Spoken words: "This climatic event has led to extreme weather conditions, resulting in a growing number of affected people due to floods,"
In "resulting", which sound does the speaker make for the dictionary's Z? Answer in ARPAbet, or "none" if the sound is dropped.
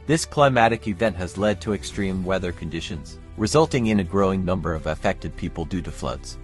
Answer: Z